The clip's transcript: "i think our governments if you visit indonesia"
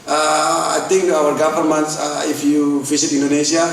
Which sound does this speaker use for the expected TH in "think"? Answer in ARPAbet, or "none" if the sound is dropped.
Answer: T